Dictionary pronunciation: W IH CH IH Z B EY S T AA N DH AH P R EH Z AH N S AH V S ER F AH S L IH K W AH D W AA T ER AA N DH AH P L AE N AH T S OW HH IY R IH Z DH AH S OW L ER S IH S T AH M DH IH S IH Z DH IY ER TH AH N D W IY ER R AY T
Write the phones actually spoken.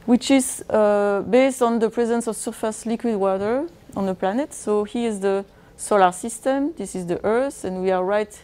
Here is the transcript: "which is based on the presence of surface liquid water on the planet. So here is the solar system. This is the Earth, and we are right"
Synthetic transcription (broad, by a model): W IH CH IH Z B EY S T AA N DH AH P R EH Z AH N S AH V S ER F AH S L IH K W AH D W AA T ER AA N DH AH P L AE N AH T S OW HH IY IH Z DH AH S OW L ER S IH S T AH M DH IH S IH Z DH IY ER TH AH N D W IY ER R AY T